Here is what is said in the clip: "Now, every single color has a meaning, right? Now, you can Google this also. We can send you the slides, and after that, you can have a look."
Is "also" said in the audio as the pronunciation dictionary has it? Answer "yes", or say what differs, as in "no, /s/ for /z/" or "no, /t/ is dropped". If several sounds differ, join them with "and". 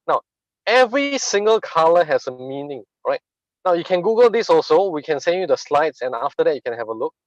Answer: yes